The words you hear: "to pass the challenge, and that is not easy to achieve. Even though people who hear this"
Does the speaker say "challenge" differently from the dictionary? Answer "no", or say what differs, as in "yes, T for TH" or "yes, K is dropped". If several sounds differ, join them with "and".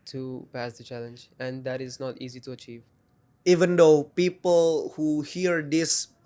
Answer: no